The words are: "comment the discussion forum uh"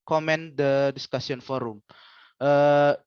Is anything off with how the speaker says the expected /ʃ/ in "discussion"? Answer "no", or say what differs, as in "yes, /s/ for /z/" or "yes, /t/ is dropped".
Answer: yes, /s/ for /ʃ/